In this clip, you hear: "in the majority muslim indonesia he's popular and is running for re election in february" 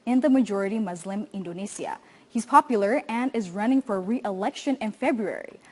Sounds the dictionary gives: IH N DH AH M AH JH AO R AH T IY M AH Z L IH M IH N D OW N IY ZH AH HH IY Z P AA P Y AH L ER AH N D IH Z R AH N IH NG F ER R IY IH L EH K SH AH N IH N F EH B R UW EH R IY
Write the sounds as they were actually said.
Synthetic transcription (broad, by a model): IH N DH AH M AH JH AO R AH T IY M AH Z L IH M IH N D OW N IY S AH HH IY Z P AA P Y L ER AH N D IH Z R AH N IH NG F ER R IY IH L EH K SH AH N IH N F EH B R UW EH R IY